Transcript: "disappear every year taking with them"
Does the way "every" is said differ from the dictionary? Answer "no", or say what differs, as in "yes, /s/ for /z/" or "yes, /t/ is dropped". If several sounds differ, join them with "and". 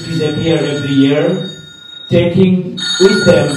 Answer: yes, /ɹ/ is dropped